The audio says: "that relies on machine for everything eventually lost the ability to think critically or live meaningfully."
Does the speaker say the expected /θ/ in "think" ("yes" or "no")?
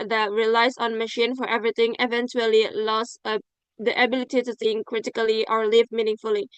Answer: no